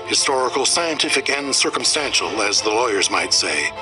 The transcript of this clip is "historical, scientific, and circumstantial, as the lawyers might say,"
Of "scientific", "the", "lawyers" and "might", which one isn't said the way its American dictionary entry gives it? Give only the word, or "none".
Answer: none